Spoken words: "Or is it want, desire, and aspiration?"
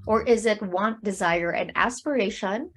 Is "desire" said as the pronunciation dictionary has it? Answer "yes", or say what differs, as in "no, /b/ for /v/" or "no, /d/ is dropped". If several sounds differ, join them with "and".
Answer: yes